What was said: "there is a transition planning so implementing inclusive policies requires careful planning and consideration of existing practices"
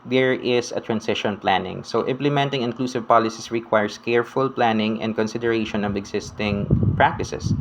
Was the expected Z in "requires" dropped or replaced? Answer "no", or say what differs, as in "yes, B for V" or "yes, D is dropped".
yes, S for Z